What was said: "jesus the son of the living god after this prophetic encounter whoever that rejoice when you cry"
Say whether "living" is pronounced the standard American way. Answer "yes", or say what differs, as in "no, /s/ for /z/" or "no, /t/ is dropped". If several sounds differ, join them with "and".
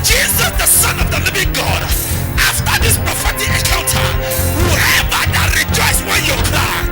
yes